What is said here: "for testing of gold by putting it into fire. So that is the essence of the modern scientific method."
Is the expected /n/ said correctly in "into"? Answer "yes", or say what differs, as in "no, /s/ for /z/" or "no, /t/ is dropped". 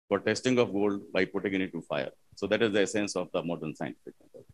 no, /n/ is dropped